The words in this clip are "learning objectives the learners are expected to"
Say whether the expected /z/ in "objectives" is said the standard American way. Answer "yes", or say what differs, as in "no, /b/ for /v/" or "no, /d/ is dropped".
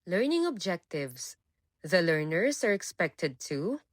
no, /s/ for /z/